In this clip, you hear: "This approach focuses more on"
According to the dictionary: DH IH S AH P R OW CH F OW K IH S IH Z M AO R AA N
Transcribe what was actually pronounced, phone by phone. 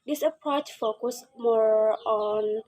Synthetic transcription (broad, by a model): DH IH S AH P R OW CH F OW K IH S M AO R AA N